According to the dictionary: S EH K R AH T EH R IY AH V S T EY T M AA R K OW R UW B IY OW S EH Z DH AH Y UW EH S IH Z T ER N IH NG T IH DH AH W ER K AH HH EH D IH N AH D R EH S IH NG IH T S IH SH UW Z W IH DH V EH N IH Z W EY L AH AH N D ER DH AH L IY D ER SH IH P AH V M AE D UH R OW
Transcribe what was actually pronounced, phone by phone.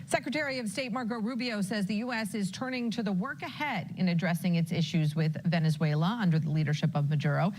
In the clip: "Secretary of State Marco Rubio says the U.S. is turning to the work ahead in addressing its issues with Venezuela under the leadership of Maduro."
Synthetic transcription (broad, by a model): S EH K R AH T EH R IY AH V S T EY T M AA R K OW R UW B IY OW S EH Z DH AH Y UW EH S IH Z T ER N IH NG T IH DH AH W ER K AH HH EH D IH N AH D R EH S IH NG IH T S IH SH UW Z W IH DH V EH N IH Z W EY L AH AH N D ER DH AH L IY D ER SH IH P AH V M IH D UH R OW